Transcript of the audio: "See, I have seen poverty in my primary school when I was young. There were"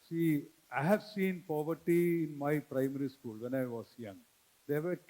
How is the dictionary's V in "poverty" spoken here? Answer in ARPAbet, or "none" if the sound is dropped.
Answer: V